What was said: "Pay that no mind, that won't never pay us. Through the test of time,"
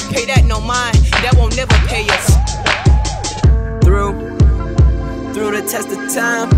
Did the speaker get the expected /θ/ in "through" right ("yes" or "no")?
yes